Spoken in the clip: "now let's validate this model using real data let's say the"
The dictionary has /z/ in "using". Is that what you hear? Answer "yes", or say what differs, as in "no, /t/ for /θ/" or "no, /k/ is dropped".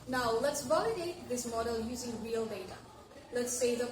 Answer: yes